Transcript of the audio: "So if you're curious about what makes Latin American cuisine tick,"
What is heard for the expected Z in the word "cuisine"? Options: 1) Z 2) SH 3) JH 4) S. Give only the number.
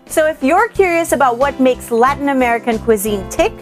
1